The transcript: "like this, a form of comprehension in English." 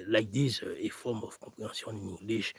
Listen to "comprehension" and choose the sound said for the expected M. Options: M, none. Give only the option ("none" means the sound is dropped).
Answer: none